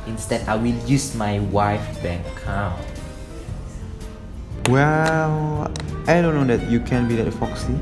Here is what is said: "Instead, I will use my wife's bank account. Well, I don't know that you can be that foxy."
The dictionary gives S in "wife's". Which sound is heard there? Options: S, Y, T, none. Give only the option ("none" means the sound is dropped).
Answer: none